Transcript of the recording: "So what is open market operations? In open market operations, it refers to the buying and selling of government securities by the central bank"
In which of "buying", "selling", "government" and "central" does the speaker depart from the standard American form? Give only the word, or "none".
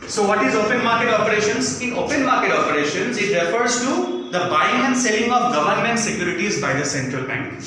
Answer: none